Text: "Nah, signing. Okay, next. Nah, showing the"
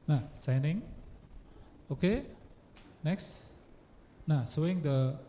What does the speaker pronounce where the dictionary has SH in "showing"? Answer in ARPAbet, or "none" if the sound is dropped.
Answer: S